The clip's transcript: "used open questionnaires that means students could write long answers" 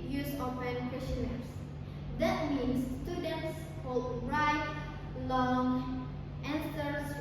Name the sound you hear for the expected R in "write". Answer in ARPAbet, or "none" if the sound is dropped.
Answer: R